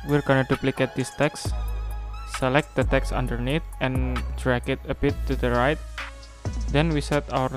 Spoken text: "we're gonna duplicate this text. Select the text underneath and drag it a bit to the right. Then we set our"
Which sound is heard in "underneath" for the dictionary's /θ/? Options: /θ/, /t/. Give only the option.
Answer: /t/